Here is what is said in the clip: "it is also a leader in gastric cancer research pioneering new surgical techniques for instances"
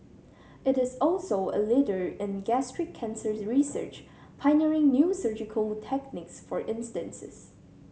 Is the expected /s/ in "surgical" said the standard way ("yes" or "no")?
yes